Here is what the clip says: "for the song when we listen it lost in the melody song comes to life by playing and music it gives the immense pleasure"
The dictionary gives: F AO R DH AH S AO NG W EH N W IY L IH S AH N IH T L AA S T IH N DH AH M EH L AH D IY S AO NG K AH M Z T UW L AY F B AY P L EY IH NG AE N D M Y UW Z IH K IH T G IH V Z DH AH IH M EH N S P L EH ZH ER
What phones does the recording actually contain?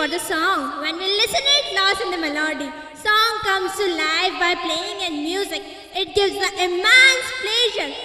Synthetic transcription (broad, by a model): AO R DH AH S AO NG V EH N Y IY L IH S AH N IH T L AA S IH N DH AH M EH L AH D IY S AO NG K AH M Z T UW L AY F B AY P L EY IH NG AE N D M Y UW Z IH K IH T G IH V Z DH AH IH M EH N S P L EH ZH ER